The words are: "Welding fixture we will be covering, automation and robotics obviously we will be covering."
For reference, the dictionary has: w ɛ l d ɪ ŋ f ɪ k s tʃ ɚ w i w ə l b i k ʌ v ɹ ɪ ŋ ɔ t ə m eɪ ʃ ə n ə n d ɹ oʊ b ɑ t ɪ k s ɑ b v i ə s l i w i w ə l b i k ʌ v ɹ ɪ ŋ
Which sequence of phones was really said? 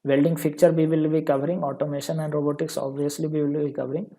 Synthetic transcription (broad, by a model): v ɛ l d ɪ ŋ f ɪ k tʃ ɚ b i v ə l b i k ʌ v ɹ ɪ ŋ ɔ t ə m eɪ ʃ ə n ə n d ɹ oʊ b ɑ t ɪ k s ɑ b v i ə s l i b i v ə l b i k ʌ v ɹ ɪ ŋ